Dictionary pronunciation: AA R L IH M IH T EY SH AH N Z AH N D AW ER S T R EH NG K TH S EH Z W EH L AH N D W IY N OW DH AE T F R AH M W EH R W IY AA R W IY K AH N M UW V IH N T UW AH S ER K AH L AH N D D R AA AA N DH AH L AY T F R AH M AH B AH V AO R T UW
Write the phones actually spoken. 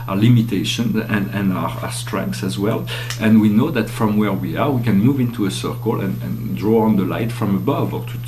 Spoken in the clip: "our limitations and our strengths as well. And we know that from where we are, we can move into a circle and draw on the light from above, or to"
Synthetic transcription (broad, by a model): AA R L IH M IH T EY SH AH N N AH N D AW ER S T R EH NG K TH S EH Z W EH L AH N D W IY N OW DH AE T F R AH M W EH R W IY AA R W IY K AH N M UW V IH N T UW AH S ER K AH L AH N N D R AA AA N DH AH L AY T F R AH M AH B AH V AO R T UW